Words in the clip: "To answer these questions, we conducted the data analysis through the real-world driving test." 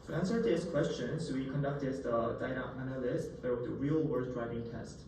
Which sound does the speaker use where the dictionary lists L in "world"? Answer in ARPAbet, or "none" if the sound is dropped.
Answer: none